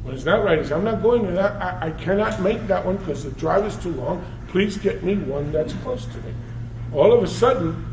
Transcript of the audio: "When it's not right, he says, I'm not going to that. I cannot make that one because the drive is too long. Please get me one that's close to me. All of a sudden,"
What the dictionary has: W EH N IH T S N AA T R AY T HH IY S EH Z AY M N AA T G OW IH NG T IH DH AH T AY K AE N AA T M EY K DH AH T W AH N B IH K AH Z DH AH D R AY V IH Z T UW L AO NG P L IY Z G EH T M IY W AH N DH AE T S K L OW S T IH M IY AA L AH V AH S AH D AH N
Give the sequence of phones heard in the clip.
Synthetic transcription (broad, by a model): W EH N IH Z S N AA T R AY T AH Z AY M N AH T G OW IH NG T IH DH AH T AY K AE N AA T M EY K DH AH T W AH N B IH K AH Z DH AH D R AY V IH Z T UW L AO NG P L IY Z G EH T M IY W AH N DH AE T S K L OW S T IH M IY AA L AH V AH S AH D N